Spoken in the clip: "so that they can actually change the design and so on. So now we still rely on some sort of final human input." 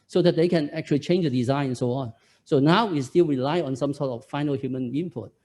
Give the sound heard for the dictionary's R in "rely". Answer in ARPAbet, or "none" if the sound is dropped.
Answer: R